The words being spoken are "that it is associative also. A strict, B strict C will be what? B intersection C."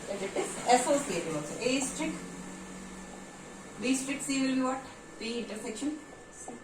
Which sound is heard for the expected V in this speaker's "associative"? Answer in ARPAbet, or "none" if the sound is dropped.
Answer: none